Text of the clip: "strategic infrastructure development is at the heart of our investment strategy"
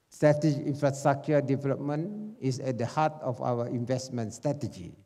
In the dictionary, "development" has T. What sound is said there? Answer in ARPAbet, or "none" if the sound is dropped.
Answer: none